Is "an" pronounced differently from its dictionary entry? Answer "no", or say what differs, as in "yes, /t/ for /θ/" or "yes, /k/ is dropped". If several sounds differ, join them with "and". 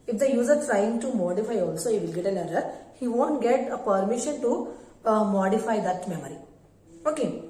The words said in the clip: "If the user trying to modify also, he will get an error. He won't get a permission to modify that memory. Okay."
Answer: yes, /l/ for /n/